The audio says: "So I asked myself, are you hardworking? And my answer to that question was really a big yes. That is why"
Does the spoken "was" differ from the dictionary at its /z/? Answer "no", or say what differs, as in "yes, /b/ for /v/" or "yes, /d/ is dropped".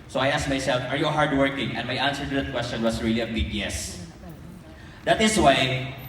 yes, /s/ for /z/